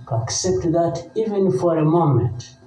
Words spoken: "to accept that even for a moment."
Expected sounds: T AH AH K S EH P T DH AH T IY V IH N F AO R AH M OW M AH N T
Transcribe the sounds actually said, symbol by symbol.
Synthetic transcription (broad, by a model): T AH K S EH P T DH AH T IY V IH N F AO R AH M OW M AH N T